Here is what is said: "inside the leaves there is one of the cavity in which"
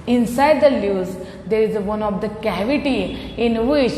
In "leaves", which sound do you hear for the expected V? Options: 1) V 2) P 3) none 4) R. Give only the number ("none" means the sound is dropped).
3